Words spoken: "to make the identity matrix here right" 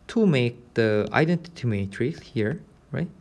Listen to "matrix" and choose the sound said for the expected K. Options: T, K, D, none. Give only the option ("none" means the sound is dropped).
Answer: none